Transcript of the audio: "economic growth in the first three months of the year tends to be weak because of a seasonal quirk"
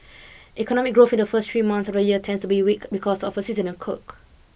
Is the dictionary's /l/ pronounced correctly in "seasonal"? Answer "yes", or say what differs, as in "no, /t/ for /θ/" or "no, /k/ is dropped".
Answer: no, /n/ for /l/